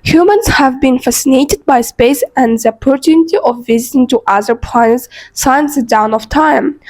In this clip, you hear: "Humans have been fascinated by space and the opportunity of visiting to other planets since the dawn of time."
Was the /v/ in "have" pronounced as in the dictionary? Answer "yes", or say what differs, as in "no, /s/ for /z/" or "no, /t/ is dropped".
yes